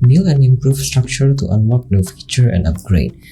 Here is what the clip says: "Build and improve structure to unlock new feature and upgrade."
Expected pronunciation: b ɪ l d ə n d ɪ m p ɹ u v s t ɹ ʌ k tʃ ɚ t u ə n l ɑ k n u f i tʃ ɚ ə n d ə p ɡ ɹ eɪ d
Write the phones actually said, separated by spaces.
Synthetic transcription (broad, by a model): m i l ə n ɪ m p ɹ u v s t ɹ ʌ k tʃ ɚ t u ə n w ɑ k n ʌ f i tʃ ɚ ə n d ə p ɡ ɹ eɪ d